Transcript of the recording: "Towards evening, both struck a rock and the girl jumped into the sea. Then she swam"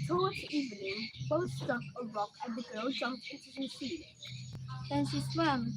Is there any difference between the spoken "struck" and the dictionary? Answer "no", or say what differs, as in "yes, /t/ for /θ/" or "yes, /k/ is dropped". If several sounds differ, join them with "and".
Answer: yes, /ɹ/ is dropped